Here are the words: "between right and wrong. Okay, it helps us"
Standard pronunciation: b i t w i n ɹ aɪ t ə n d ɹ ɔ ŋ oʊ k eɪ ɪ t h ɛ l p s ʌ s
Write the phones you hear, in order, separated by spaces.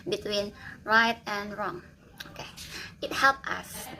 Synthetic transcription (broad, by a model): b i t w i n ɹ aɪ t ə n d ɹ ɔ ŋ oʊ k eɪ ɪ t h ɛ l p ʌ s